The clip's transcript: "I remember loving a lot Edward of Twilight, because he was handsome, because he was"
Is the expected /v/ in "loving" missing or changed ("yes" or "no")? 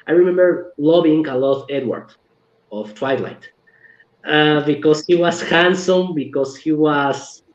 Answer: yes